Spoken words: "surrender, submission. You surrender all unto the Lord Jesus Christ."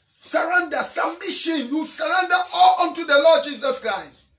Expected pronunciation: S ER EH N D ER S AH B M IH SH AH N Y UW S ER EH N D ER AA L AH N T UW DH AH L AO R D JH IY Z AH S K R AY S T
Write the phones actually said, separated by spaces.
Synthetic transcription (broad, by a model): S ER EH N D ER S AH M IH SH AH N Y UW S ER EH N D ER AA L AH N T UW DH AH L AO D JH IY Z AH S K R AY S T